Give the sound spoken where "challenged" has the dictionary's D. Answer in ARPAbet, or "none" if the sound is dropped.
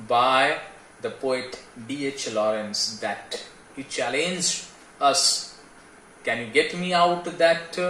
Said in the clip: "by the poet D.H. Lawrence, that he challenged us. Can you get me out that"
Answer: none